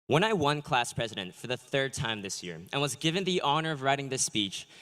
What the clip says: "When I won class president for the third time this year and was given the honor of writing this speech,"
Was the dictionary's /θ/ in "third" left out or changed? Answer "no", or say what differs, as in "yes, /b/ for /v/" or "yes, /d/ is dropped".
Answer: no